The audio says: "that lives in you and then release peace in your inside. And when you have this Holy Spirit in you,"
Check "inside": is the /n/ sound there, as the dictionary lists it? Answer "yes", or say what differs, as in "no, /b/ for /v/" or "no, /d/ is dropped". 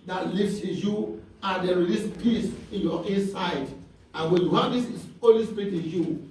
no, /n/ is dropped